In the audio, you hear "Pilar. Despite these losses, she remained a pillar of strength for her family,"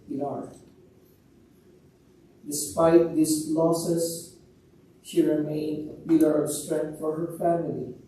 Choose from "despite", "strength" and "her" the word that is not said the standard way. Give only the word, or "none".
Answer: strength